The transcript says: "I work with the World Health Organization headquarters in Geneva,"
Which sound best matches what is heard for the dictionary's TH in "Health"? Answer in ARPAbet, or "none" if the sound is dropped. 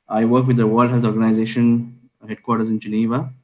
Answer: T